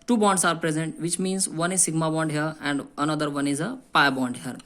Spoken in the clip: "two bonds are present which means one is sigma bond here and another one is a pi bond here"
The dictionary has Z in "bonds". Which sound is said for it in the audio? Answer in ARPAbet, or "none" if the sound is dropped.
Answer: S